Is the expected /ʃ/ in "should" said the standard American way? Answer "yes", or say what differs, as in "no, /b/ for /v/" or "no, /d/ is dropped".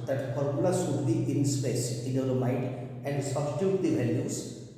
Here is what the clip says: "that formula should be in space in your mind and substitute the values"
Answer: no, /s/ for /ʃ/